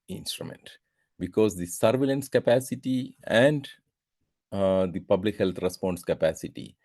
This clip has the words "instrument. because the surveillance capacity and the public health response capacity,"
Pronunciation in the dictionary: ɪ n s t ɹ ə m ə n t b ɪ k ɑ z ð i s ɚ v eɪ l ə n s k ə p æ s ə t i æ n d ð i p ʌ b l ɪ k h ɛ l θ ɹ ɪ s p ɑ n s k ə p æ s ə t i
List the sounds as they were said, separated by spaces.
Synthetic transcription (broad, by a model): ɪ n s t ɹ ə m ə n t b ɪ k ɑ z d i s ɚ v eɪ l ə n s k ə p æ s ə t i æ n d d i p ʌ b l ɪ k h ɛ l t ɹ ɪ s p ɑ n s k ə p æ s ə t i